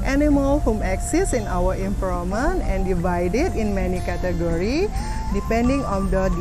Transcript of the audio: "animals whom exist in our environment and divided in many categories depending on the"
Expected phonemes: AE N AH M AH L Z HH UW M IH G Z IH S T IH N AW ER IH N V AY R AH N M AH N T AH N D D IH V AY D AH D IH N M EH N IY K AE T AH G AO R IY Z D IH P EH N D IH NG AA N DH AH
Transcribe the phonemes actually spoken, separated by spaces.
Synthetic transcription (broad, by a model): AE N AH M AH L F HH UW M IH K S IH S IH N AW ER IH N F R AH M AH N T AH N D D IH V AY D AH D IH N M EH N IY K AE T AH G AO R IY D IH P EH N D IH NG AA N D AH